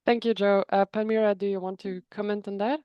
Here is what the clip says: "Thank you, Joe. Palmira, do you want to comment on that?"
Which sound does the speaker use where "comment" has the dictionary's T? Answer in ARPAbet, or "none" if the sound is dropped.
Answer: T